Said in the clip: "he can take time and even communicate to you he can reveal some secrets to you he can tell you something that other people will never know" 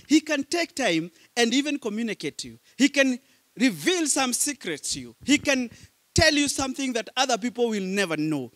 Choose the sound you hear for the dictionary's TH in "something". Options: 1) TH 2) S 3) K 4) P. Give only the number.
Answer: 1